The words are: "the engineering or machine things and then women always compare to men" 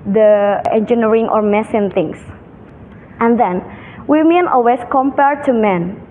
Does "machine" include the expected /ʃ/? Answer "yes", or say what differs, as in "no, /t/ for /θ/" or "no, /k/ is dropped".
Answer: no, /s/ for /ʃ/